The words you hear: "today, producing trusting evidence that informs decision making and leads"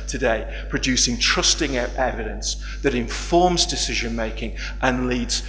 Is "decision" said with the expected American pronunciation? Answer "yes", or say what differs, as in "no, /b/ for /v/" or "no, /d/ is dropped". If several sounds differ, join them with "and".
yes